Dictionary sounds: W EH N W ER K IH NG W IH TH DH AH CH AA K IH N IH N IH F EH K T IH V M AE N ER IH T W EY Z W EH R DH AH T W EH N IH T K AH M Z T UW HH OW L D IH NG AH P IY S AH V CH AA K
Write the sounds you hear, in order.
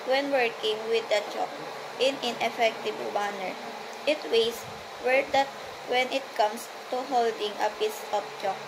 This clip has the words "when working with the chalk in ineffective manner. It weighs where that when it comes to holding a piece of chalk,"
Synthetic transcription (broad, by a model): W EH N W ER K IH NG W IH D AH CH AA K IH N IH N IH F EH K T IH B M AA N ER IH T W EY S W EH R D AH T W EH N IH T K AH M S T UW HH OW L D IH NG AH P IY S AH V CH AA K